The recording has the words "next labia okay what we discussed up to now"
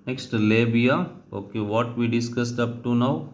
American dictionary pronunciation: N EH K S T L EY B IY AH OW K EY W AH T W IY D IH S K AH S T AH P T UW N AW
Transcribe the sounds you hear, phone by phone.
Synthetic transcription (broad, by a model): N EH K S T L EY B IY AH OW K EY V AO T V IY D IH S K AH S T AH P T UW N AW